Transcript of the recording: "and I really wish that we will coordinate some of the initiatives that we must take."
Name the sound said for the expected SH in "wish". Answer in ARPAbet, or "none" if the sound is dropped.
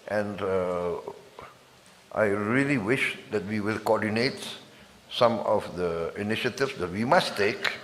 SH